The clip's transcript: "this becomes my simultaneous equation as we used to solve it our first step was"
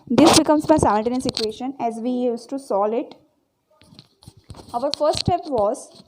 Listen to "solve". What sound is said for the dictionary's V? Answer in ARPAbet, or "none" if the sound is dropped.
none